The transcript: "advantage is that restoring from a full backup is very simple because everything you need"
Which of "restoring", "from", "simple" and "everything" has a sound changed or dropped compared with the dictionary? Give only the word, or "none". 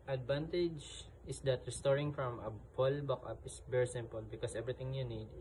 everything